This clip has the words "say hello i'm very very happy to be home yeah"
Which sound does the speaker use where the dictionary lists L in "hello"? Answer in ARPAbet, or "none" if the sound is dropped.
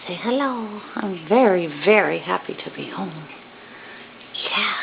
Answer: L